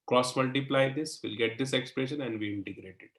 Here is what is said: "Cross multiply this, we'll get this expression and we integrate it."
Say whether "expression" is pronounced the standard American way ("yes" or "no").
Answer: yes